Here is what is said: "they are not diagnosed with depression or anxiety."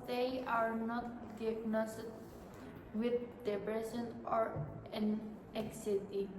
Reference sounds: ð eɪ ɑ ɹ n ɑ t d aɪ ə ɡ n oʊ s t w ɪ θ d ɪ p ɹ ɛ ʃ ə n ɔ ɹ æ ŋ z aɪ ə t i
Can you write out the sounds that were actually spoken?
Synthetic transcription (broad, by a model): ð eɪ ɑ ɹ n ɑ t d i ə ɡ n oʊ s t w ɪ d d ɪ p ɹ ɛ s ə n ɔ ɹ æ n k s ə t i